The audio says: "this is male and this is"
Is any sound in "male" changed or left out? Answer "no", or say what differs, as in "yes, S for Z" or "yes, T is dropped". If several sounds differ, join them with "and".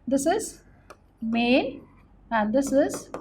yes, N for L